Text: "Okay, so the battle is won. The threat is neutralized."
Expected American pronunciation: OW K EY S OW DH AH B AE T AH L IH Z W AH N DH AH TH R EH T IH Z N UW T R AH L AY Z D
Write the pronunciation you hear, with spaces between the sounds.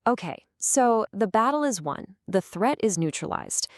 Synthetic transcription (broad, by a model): OW K EY S OW DH AH B AE T L IH Z W AH N DH AH TH R EH T IH Z N UW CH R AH L AY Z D